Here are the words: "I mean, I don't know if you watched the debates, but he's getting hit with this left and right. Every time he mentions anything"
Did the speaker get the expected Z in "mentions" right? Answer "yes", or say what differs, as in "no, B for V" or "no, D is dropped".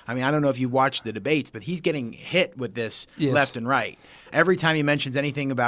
yes